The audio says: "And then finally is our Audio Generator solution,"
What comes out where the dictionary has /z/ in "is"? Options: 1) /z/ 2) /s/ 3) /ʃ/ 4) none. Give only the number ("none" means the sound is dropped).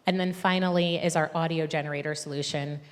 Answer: 1